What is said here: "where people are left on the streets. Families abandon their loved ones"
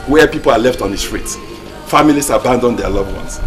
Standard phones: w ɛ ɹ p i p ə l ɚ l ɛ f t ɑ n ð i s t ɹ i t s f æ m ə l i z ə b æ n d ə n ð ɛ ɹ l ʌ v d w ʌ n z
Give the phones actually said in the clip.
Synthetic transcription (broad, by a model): w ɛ p i p ə l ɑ l ɛ f t ɑ n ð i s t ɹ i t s f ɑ m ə l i s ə b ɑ n d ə n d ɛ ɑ l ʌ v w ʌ n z